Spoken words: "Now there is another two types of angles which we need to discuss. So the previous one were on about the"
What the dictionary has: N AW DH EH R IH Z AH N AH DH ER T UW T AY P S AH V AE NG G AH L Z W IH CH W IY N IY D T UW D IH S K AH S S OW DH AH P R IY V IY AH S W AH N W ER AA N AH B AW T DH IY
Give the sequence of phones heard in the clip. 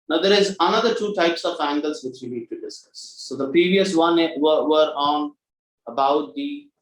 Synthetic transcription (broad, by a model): N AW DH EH R IH Z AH N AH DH ER T UW T AY P S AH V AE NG G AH L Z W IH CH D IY L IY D T UW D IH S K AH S S OW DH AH P R IY V IY AH S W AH N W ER AA N AH B AW T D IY